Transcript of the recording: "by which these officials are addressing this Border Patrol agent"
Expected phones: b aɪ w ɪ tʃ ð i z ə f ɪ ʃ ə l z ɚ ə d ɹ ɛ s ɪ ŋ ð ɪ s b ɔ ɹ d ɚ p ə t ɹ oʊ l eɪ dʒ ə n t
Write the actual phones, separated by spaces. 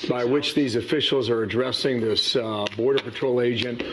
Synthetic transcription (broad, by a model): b aɪ w ɪ tʃ ð i z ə f ɪ ʃ l z ɚ ə d ɹ ɛ s ɪ ŋ ð ɪ s b ɔ ɹ d ɚ p ə t ɹ oʊ l eɪ dʒ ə n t